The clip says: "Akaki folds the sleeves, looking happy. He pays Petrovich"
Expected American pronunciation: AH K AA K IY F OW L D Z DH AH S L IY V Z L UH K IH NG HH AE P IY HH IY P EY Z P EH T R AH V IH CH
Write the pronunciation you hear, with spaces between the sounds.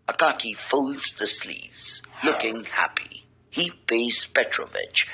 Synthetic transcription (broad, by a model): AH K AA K IY F OW L D Z DH AH S L IY V Z L UH K IH NG HH AE P IY HH IY B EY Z P EH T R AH V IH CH